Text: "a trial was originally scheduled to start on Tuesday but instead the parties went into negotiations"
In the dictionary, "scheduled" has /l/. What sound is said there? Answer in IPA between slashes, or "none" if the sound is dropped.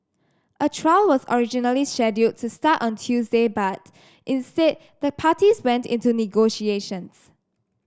none